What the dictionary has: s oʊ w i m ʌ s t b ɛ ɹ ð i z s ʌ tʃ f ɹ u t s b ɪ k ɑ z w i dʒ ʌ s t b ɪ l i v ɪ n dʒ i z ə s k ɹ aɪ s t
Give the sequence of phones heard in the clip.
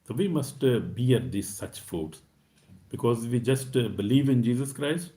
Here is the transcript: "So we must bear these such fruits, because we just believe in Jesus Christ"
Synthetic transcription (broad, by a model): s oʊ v i m ʌ s t b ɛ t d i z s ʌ tʃ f u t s b ɪ k ɑ z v i dʒ ʌ s t b ɪ l i v ɪ n dʒ i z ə s k ɹ aɪ s t